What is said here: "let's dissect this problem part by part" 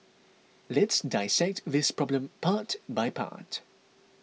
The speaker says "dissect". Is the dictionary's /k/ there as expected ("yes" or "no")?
yes